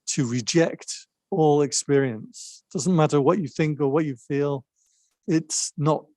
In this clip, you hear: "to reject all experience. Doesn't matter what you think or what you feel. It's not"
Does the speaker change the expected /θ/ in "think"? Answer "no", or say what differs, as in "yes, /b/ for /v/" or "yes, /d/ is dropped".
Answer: no